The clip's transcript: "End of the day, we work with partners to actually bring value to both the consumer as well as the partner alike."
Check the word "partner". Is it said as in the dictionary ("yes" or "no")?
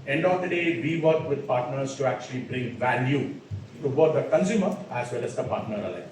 yes